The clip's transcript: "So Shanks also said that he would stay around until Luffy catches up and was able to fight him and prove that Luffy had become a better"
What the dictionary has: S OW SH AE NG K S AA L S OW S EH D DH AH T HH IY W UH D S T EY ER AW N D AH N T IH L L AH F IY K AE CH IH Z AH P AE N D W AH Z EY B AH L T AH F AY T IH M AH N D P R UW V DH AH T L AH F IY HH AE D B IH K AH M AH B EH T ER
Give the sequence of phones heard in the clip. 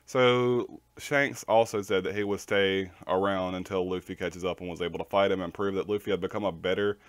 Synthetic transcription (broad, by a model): S OW SH AE NG K S AA L S OW S EH D DH AH T HH IY W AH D S T EY ER AW N D AH N T IH L L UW F IY K AE CH IH Z AH P N W AH Z EY B L T AH F AY T IH M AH N P R UW V DH AH T L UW F IY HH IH D B IH K AH M AH B EH T ER